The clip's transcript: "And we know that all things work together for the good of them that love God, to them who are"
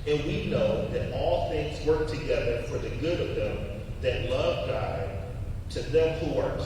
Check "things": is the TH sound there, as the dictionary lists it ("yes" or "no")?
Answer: yes